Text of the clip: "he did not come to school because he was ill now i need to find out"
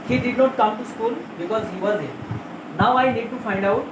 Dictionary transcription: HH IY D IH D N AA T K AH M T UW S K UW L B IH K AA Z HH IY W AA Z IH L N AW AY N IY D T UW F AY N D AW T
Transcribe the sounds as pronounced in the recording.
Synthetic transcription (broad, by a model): HH IY D IH D N AA T K AH M T UW S K UW L B IH K AA Z HH IY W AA Z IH N N AW AY N IY D T UW F AY N D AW T